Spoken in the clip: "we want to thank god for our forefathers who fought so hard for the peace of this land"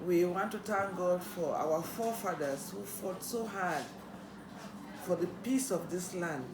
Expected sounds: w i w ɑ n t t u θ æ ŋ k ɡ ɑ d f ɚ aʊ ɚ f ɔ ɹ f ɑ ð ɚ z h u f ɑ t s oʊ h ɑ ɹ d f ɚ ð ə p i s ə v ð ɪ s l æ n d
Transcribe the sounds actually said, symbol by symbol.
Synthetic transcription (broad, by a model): w i w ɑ n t t u t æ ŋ ɡ ɑ d f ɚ aʊ ɚ f ɔ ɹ f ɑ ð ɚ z h u f ɑ t s oʊ h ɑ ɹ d f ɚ ð ə p i s ə v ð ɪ s l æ n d